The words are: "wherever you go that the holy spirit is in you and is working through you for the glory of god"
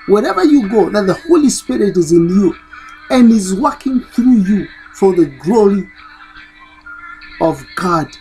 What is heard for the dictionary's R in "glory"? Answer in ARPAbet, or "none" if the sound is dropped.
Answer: R